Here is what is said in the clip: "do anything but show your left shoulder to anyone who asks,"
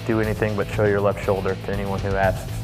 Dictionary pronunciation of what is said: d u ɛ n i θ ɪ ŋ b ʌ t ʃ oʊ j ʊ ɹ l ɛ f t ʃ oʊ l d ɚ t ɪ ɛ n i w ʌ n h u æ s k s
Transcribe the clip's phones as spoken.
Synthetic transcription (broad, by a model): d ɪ ɛ n i θ ɪ ŋ b ʌ t ʃ oʊ j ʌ ɹ l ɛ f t ʃ oʊ l d ɚ t ɪ ɛ n i w ʌ n h u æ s s